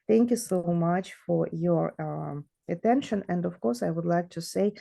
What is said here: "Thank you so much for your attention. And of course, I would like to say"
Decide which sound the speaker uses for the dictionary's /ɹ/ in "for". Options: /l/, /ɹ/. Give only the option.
/ɹ/